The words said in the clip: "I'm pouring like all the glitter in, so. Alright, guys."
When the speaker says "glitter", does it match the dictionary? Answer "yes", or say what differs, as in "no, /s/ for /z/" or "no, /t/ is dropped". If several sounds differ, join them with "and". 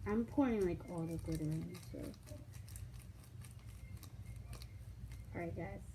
no, /l/ is dropped